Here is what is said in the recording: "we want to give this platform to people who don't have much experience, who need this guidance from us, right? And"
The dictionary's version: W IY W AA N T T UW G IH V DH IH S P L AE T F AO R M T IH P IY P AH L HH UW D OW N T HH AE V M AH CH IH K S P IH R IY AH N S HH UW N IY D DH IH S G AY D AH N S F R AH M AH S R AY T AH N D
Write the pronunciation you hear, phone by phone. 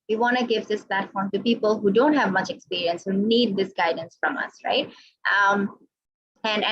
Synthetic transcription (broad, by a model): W IY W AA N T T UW G IH V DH IH S P L AE T F AO R M T IH P IY P AH L HH UW D OW N T HH AE V M AH CH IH K S P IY R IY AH N S HH UW N IY D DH IH S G AY D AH N S F R AH M AH S R AY T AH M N